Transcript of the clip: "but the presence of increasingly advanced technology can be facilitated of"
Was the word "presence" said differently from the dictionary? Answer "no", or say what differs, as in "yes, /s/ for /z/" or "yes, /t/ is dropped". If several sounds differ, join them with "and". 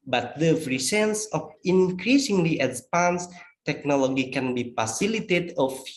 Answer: yes, /f/ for /p/ and /s/ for /z/